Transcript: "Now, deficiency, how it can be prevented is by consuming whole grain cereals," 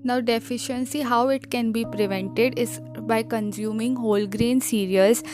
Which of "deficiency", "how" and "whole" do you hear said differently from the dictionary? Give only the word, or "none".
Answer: none